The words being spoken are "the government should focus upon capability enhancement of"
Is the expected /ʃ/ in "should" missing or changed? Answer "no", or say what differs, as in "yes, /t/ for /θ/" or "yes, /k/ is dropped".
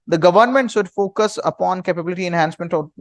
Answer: yes, /s/ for /ʃ/